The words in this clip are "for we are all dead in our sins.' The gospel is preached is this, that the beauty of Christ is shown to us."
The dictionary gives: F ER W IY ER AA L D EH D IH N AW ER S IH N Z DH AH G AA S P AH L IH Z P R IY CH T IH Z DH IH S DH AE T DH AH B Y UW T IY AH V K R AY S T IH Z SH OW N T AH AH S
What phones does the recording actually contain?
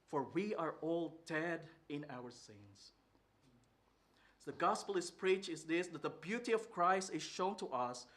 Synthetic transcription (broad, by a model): F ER W IY ER AA L D EH D IH N AW ER S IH N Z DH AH G AA S P AH L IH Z P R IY CH IH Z DH IH S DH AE T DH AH B Y UW T IY AH V K R AY S T IH Z SH OW N T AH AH S